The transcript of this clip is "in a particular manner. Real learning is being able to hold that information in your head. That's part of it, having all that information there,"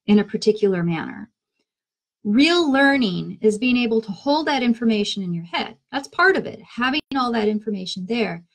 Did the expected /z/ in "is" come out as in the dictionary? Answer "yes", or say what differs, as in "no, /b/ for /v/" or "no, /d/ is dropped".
yes